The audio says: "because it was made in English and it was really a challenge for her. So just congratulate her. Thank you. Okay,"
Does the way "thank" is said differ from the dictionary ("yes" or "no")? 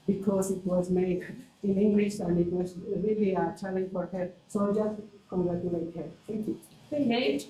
yes